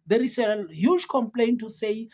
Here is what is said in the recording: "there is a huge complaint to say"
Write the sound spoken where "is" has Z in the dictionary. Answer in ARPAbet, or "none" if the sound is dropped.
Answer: S